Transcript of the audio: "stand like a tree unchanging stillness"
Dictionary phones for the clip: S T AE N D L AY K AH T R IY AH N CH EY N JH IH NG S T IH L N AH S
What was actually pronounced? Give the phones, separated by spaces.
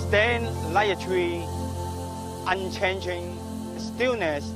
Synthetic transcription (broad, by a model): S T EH N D L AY AH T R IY AH N CH EY N JH IH NG S T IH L N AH S